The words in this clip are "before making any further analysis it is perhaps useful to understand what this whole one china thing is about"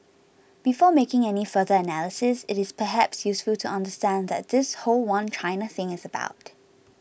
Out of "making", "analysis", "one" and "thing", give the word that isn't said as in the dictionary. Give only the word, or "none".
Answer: none